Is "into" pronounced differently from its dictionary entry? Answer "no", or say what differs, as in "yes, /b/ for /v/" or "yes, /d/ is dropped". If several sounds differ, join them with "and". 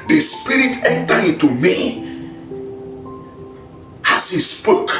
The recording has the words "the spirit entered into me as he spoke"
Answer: yes, /n/ is dropped